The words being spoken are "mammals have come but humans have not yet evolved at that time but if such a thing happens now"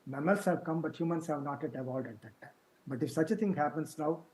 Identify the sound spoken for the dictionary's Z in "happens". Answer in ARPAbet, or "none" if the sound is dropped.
S